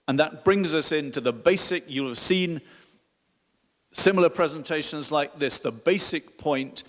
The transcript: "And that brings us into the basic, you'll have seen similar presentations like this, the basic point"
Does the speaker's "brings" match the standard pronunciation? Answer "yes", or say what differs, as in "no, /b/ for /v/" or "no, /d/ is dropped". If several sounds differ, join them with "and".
yes